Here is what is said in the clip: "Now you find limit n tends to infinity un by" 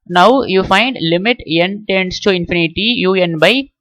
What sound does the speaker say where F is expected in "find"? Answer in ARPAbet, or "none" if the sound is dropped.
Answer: F